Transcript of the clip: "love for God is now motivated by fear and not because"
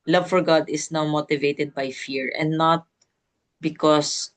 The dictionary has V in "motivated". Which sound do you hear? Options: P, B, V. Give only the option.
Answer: V